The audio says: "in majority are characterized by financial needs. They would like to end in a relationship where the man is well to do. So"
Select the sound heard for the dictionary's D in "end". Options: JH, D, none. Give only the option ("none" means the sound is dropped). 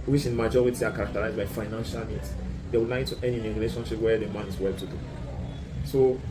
none